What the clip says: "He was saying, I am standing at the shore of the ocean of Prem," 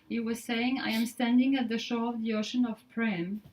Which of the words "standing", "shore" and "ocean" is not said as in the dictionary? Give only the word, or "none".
none